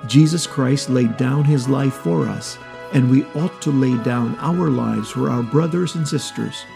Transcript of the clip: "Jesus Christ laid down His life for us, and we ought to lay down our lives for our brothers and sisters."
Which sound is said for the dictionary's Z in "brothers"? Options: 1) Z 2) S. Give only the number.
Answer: 1